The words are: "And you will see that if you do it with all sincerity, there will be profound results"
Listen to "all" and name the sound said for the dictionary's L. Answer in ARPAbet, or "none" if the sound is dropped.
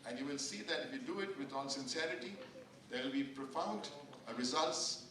N